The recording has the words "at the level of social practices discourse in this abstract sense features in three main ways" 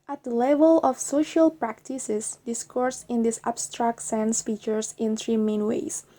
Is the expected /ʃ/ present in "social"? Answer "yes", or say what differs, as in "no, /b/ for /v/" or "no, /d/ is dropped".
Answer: yes